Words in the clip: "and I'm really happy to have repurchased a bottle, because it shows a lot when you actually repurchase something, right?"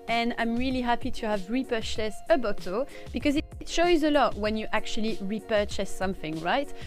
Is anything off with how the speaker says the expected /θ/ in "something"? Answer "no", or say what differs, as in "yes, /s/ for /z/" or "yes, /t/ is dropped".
no